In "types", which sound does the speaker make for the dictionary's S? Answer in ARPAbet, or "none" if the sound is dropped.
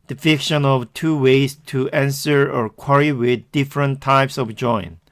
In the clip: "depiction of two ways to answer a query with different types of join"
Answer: S